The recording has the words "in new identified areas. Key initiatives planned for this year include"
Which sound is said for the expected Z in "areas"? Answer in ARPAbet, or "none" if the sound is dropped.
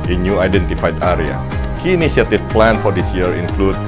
none